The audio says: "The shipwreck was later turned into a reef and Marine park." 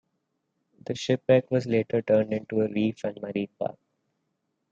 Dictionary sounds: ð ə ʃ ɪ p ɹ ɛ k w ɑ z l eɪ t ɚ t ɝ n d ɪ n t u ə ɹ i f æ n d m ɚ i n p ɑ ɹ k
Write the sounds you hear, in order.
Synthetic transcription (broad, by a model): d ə ʃ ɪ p ɛ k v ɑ z l eɪ t ɚ t ɝ n d ɪ n t u ə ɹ i f æ n d m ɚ i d p ɑ ɹ k